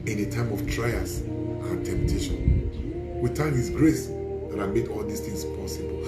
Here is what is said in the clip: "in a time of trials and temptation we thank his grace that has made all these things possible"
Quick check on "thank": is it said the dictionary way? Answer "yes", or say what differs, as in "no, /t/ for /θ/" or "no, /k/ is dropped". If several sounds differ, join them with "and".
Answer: no, /t/ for /θ/